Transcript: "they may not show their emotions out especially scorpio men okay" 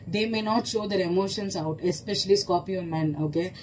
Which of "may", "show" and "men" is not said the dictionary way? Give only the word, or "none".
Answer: none